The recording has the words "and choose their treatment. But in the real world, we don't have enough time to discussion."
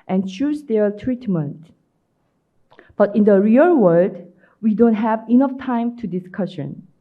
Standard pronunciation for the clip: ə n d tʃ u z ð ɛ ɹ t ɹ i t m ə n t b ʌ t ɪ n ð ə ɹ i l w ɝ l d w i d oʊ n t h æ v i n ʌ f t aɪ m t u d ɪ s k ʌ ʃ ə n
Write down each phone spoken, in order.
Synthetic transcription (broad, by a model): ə n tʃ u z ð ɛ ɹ t ɹ i t m ə n t b ʌ t ɪ n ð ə ɹ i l w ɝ d w i d oʊ n t h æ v i n ʌ f t aɪ m t u d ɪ s k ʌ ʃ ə n